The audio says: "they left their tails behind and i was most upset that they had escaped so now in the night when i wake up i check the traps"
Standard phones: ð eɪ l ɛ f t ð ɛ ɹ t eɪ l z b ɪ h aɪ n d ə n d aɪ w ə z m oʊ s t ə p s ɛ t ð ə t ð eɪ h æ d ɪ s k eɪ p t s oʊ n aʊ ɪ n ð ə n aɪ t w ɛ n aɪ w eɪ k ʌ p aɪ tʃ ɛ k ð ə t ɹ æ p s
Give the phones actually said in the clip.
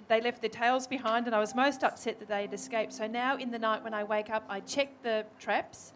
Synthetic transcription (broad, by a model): ð eɪ l ɛ f t ð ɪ ɹ t eɪ l z b ɪ h aɪ n d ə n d aɪ w ə z m oʊ s t ə p s ɛ t ð ə t ð eɪ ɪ d ɪ s k eɪ p t s oʊ n aʊ ɪ n ð ə n aɪ t w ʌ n aɪ w eɪ k ʌ p aɪ tʃ ɛ k ð ə t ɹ æ p s